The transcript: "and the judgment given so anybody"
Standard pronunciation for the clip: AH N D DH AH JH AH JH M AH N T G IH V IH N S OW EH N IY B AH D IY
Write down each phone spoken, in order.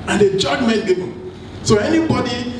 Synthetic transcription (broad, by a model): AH N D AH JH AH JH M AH T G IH B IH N S OW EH N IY B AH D IY